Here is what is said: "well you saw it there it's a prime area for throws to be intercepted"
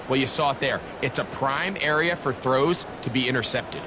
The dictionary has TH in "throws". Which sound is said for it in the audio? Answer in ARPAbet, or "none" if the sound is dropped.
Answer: TH